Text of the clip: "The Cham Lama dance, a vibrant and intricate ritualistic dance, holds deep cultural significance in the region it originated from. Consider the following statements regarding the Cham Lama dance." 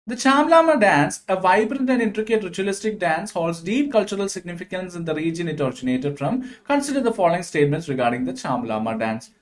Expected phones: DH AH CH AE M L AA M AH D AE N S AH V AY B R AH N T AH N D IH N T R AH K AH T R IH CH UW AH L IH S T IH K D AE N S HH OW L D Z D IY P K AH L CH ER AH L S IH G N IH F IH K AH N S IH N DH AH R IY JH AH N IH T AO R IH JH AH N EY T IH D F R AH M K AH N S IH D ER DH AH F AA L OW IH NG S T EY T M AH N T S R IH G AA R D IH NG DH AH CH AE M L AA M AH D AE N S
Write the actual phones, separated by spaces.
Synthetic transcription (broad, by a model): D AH CH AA M L AA M AH D AE N S AH V AY B R AH N T AH N D IH N T R AH K AH T R IH CH UW AH L IH S T IH K D AE N S HH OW L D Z D IY P K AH L CH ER AH L S IH G N IH F IH K AH N S IH N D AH R IY JH AH N IH T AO R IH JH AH N EY T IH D F R AH M K AH N S IH D ER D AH F AA L OW IH NG S T EY T M AH N T S R IH G AA R D IH NG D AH CH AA M L AA M AH D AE N S